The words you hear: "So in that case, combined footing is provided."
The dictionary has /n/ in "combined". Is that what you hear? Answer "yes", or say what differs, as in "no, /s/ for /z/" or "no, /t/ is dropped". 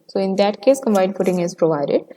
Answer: no, /n/ is dropped